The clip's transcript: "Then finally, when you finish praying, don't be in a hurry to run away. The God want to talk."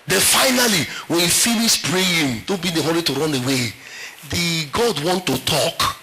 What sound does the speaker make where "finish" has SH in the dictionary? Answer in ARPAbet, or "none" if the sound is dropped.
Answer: S